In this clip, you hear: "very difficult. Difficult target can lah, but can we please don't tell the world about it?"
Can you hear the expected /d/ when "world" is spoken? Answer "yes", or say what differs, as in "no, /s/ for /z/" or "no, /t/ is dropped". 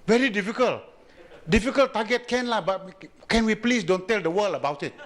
no, /d/ is dropped